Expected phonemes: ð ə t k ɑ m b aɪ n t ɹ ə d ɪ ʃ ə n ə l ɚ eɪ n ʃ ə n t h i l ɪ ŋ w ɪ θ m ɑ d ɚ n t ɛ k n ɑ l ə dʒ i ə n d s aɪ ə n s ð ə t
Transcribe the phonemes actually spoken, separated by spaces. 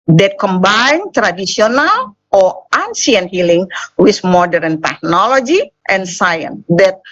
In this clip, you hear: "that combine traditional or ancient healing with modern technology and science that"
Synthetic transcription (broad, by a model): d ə t k ɑ m b aɪ n t ɹ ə d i s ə n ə l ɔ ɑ n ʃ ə n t h i l ɪ ŋ w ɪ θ m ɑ d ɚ n t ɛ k n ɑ l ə dʒ i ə n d s aɪ ə n s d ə t